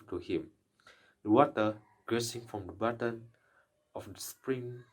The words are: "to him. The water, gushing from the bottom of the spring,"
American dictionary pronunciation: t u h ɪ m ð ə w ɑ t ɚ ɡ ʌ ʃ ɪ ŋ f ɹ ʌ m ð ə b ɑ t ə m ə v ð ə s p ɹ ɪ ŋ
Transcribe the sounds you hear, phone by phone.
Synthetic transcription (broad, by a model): t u h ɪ m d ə w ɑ t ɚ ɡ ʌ s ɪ ŋ f ɹ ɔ m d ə b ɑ t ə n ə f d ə s p ɹ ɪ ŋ